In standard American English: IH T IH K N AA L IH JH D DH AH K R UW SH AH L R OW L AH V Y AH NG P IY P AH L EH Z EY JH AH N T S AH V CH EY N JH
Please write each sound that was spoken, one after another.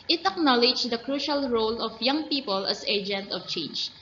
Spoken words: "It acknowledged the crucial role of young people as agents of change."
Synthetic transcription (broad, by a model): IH T IH K N AA L IH JH D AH K R UW SH AH L R OW L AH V Y AH NG P IY P AH L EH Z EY JH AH N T AH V CH EY N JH